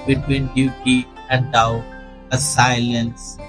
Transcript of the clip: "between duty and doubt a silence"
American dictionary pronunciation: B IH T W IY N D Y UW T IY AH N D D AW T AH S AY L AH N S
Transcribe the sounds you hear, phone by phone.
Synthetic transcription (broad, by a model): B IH T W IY N D Y UW T IY AH N D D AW AH S AY L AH N S